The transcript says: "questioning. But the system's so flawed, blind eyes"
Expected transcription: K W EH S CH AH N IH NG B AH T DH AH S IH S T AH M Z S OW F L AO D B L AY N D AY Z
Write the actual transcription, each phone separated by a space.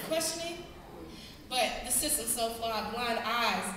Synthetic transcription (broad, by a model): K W EH S CH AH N IH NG B AH T DH AH S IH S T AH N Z S OW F AO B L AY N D AY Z